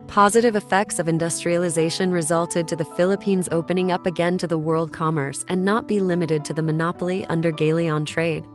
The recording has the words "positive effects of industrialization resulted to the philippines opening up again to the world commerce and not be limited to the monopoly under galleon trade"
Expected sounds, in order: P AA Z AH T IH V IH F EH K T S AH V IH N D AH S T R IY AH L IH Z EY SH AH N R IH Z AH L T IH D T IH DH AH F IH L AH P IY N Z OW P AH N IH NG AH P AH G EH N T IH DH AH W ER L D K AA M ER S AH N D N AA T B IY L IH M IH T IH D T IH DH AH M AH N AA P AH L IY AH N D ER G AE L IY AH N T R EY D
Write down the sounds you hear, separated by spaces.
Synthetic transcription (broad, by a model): P AA Z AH T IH V IH F EH K T S AH V IH N D AH S T R IY AH L IH Z EY SH AH N R IH Z AH L T IH D T IH DH AH F IH L AH P IY N Z OW P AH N IH NG AH P AH G EH N T IH DH AH W ER L D K AA M ER S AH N N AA T B IY L IH M IH T IH D T IH DH AH M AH N AA P L IY AH N D ER G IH L IY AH N T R EY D